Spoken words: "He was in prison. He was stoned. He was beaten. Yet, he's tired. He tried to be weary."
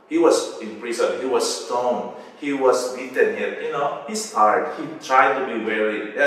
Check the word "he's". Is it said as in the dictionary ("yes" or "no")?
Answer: no